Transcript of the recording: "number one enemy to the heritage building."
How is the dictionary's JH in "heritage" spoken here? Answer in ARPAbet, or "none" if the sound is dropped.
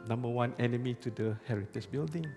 CH